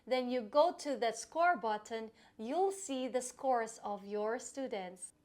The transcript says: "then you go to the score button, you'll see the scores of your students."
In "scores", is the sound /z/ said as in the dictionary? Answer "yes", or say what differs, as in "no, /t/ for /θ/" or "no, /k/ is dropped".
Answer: no, /s/ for /z/